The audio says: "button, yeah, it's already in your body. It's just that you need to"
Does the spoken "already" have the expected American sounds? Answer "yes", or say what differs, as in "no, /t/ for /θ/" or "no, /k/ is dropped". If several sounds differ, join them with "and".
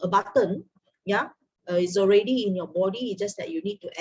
yes